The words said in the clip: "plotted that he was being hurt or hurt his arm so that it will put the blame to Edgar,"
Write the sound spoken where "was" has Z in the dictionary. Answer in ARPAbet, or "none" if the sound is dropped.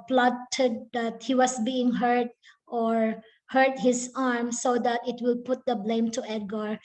S